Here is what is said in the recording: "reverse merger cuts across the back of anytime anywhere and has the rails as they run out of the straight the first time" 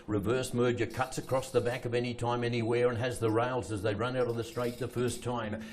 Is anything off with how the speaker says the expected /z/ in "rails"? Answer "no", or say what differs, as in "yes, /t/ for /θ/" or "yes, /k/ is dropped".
no